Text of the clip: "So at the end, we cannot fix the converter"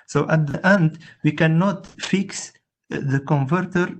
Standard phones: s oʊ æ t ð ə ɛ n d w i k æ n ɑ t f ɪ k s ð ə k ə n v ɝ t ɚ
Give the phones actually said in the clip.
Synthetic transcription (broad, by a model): s oʊ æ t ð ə ɛ n d w i k æ n ɑ t f ɪ k s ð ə k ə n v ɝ t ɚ